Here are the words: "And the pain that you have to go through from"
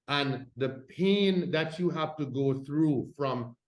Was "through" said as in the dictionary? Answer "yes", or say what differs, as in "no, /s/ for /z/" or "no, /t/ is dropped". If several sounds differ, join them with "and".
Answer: yes